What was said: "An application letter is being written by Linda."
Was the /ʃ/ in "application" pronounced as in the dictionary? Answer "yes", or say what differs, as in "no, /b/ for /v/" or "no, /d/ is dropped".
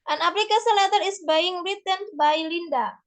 no, /s/ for /ʃ/